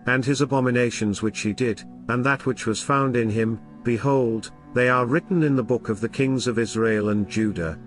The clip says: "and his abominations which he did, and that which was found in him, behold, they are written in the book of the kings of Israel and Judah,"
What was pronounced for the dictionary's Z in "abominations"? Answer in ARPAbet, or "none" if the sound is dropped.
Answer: Z